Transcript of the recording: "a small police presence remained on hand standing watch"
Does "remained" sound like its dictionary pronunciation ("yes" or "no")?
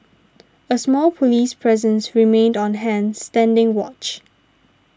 yes